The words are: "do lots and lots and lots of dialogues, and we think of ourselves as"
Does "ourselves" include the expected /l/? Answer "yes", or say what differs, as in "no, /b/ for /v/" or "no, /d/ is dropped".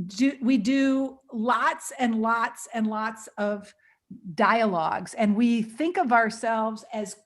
yes